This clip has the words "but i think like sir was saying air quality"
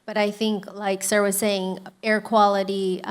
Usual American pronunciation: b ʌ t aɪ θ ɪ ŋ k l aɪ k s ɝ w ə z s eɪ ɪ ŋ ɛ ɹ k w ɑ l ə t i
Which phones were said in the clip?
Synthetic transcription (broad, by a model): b ʌ t aɪ θ ɪ ŋ k l aɪ k s ɝ w ə z s eɪ ɪ ŋ ɛ ɹ k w ɑ l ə t i